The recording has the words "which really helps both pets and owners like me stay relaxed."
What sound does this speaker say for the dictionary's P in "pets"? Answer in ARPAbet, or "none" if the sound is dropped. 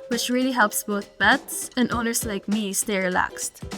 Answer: B